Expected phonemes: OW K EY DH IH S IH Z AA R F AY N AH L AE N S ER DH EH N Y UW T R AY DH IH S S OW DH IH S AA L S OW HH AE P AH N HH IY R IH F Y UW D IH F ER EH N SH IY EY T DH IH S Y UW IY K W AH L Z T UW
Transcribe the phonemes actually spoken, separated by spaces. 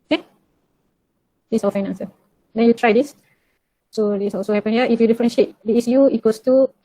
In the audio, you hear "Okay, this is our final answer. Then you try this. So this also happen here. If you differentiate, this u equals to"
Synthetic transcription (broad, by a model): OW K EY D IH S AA L F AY N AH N S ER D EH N Y UW T R AY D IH S S OW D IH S AA L S OW HH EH P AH N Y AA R IH F Y UW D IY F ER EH N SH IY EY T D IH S Y UW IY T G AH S T UW